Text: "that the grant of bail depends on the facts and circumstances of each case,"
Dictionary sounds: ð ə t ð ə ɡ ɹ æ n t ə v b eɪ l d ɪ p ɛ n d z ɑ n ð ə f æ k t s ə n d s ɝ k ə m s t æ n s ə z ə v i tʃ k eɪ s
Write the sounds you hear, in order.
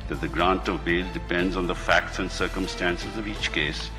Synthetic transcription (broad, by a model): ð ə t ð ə ɡ ɹ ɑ n t ə v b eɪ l d ɪ p ɛ n d z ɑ n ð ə f æ k t s ə n d s ɝ k ə m s t æ n s ə z ə v i tʃ k eɪ s